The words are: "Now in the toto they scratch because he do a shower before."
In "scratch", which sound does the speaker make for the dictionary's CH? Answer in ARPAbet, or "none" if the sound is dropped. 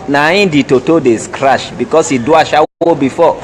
SH